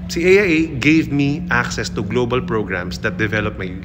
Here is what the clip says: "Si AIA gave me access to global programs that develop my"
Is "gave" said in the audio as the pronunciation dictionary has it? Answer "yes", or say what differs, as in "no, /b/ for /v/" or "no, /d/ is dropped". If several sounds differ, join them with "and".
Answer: yes